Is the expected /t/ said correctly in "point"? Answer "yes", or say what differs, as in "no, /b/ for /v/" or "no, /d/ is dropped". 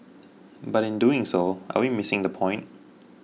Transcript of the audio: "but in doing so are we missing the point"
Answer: yes